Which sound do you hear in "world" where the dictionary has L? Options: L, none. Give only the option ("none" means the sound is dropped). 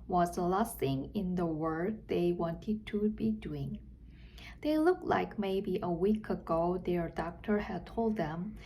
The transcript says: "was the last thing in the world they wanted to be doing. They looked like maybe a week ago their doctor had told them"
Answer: none